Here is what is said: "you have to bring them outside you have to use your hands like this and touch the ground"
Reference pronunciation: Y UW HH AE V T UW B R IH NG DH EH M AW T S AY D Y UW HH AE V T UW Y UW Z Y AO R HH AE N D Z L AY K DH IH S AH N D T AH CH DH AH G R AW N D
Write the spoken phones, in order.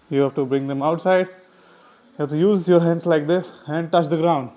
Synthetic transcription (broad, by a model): Y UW HH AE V T UW B R IH NG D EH M AW T S AY D Y UW HH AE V T UW Y UW Z Y AO R HH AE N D S L AY K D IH S AH N D T AH CH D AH G R AW N D